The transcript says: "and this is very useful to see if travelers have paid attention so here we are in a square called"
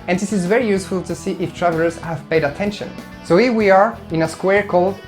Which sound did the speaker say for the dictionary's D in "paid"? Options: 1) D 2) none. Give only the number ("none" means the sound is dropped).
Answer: 1